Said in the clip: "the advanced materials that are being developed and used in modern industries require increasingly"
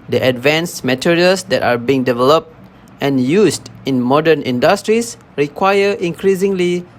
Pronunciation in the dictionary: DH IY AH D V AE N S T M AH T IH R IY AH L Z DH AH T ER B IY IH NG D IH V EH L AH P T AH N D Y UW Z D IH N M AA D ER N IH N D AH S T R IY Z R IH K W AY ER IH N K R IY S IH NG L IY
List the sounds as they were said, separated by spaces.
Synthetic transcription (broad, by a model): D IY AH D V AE N S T M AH T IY R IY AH L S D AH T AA B IY IH NG D IH V EH L AH P T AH N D Y UW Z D IH N M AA D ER N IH N D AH S T R IY S R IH K W AY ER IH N K R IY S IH NG L IY